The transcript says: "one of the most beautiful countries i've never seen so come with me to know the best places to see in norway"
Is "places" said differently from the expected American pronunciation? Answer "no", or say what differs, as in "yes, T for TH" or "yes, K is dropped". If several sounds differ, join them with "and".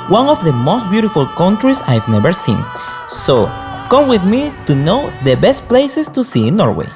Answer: yes, S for Z